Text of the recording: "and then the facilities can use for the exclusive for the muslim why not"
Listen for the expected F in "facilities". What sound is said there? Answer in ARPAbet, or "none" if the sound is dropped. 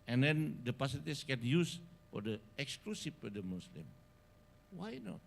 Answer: P